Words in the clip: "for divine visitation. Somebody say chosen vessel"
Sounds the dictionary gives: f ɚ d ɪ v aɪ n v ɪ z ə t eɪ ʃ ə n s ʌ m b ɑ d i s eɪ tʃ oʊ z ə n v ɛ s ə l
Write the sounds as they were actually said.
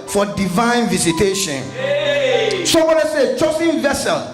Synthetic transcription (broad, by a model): f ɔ d ɪ v aɪ n v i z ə t eɪ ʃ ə n s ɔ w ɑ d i s eɪ tʃ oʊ s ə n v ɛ s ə l